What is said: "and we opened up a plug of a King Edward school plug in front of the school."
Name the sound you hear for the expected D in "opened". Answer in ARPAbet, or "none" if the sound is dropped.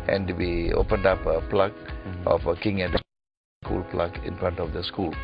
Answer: D